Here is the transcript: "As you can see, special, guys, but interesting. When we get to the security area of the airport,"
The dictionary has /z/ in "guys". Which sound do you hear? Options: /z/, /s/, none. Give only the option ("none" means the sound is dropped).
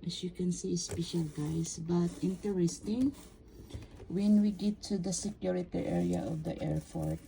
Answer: /s/